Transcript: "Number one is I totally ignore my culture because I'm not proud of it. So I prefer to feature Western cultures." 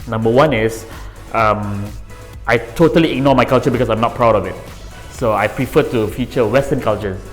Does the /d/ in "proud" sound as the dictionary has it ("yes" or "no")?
yes